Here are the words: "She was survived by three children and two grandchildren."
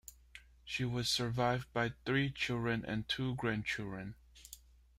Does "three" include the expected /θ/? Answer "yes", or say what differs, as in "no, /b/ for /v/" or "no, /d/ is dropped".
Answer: yes